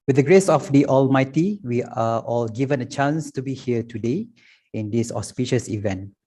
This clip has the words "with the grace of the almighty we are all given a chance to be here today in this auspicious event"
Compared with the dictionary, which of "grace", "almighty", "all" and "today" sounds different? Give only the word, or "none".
none